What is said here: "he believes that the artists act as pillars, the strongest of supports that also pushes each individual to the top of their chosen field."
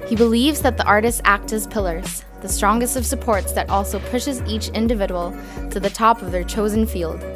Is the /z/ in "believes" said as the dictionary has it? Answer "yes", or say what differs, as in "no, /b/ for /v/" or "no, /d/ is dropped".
yes